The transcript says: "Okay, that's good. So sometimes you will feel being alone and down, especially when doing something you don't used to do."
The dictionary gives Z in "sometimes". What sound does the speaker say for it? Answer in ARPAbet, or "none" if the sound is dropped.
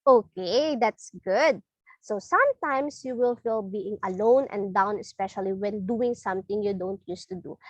S